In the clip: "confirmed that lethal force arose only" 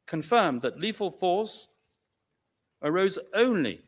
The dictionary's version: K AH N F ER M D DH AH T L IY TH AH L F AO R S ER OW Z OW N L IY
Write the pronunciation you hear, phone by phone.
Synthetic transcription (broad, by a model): K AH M F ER M DH AH T L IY F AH L F AO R S ER OW Z OW N L IY